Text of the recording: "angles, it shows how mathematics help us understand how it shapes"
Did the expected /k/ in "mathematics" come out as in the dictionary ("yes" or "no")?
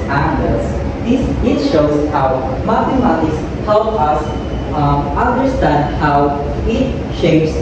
no